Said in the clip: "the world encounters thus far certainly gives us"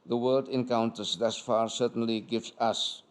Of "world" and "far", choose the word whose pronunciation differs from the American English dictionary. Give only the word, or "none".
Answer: world